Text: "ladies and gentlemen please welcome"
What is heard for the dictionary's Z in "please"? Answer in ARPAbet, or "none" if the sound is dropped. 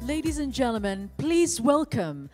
Z